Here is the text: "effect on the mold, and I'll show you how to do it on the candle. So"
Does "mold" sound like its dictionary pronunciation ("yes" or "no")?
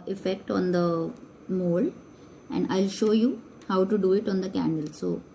no